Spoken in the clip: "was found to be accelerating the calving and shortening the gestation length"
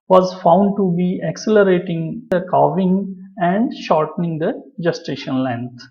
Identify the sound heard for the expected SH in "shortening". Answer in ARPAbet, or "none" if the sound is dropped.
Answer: SH